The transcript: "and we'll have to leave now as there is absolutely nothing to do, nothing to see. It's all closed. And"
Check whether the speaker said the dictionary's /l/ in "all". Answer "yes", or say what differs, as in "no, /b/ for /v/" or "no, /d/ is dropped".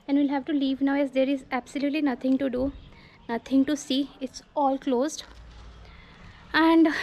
yes